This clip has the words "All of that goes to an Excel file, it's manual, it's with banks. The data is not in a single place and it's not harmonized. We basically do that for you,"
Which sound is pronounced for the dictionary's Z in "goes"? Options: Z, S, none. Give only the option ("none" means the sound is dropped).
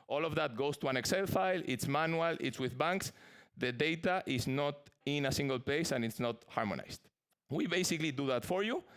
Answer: S